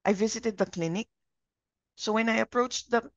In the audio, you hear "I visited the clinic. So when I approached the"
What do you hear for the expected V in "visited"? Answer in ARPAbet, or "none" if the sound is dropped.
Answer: V